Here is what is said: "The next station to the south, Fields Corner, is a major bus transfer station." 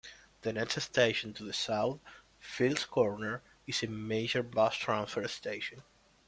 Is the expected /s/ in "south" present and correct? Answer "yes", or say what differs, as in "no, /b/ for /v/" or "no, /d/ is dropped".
yes